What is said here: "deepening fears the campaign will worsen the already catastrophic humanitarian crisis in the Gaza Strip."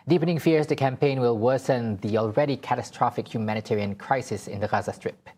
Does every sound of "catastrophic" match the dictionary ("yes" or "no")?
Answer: yes